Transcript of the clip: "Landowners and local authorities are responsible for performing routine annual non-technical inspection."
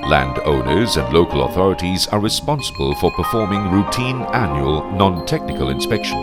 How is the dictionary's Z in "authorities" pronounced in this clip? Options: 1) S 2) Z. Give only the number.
2